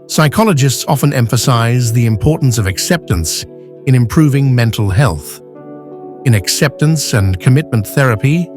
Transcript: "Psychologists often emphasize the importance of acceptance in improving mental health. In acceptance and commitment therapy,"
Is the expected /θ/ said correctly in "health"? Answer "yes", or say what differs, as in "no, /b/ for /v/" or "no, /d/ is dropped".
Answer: yes